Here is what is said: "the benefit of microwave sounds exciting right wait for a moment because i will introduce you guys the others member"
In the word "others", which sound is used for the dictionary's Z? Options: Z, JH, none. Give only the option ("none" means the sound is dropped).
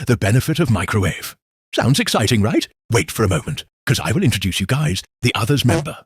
Z